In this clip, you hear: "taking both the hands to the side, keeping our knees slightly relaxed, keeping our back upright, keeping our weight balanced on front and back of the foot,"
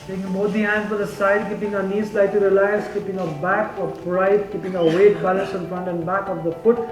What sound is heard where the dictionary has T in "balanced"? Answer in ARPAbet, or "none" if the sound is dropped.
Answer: none